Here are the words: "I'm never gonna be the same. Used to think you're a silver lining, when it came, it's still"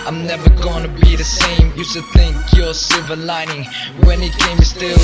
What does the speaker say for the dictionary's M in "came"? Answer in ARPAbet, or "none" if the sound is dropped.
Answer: none